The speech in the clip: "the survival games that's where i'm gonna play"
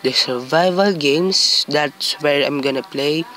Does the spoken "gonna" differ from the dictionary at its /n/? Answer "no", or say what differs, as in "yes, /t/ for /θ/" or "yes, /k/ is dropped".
no